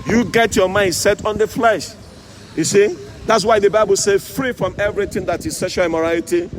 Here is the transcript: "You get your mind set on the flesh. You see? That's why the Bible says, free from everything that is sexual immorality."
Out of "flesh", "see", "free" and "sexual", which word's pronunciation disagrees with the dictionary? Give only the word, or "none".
sexual